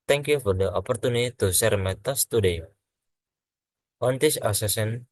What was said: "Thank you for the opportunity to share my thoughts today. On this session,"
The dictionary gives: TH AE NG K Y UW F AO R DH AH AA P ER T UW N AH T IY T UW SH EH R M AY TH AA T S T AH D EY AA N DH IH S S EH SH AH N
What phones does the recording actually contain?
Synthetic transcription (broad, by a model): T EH NG K Y UW F AO R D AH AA P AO T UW N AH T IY T UW S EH R M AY T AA S T AH D EY AA N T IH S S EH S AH N